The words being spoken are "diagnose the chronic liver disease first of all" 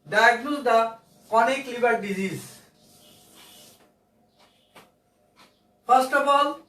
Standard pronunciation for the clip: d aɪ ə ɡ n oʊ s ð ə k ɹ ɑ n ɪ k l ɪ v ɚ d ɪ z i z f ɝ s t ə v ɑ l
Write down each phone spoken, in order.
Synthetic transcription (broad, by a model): d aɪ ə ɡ n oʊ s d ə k ɑ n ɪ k l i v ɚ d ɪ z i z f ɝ s t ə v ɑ l